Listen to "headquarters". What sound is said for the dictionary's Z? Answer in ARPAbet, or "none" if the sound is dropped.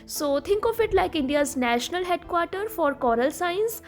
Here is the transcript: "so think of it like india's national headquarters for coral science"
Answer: none